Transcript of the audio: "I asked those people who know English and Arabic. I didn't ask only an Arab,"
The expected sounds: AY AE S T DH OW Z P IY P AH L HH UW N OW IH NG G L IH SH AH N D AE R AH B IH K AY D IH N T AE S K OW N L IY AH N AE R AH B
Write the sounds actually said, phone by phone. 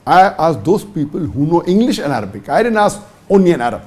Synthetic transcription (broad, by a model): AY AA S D OW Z P IY P AH L HH UW N OW IH NG G L IH SH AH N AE R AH B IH K AY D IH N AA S OW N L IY AH N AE R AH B